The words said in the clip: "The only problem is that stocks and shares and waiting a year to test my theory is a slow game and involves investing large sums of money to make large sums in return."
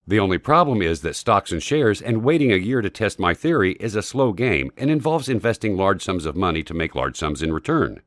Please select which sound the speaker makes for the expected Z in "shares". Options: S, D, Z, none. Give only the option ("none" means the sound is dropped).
Z